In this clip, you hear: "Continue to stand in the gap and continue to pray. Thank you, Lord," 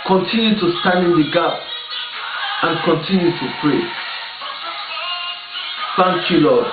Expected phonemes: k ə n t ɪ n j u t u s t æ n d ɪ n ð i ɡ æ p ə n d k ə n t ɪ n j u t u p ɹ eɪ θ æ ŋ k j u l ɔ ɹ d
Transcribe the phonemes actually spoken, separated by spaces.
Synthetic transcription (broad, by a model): k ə n t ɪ n j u t u s t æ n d ɪ n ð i ɡ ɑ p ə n k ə n t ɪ n j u t u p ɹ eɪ f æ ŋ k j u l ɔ